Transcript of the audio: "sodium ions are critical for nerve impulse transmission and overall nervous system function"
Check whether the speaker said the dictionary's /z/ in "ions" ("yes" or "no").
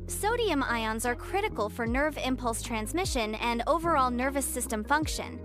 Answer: yes